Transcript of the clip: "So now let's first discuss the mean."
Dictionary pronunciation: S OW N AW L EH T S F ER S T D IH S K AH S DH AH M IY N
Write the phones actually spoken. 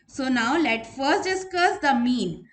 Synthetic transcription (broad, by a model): S OW N AW L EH T F ER S T D IH S K AH S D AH M IY N